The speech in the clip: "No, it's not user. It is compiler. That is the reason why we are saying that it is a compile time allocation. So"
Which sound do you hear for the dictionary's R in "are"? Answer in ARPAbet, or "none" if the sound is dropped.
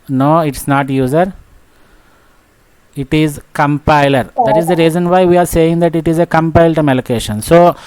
R